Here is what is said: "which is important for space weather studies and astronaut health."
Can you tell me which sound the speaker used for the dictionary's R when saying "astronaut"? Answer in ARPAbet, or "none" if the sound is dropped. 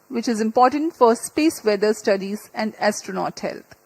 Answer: R